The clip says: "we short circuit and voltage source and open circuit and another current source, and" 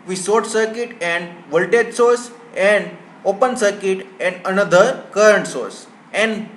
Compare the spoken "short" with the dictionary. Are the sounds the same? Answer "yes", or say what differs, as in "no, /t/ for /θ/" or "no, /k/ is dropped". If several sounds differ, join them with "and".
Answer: no, /s/ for /ʃ/